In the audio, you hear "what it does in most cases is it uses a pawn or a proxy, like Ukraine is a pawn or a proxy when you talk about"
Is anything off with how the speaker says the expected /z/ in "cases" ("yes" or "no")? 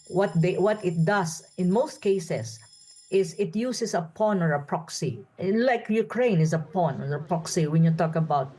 yes